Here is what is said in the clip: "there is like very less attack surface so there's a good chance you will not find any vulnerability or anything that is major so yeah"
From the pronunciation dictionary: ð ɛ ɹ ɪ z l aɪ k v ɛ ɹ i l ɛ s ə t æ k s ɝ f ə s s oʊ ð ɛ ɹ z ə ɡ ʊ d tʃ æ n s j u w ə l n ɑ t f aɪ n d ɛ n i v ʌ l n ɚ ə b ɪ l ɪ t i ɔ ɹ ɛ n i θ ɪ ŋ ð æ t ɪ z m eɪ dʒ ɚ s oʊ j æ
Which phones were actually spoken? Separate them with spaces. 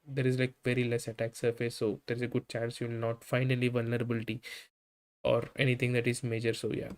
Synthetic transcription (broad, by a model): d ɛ ɹ ɪ z l aɪ k v ɛ ɹ i l ɛ s ə t æ k s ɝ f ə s s oʊ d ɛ ɹ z ə ɡ ʊ d tʃ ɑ n s j u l n ɑ t f aɪ n ʌ l i v ʌ l n ɚ ə b ɪ l ɪ t i ɔ ɹ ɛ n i t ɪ ŋ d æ t ɪ z m eɪ dʒ ɚ s oʊ j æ